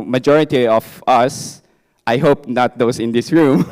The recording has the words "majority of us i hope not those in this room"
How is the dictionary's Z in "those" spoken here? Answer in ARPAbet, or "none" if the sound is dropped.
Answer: S